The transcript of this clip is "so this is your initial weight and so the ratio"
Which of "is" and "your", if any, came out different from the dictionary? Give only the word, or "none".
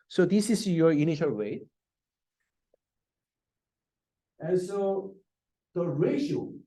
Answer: is